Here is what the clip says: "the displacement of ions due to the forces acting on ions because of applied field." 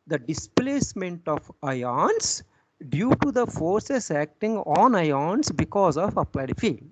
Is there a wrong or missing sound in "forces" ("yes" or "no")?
yes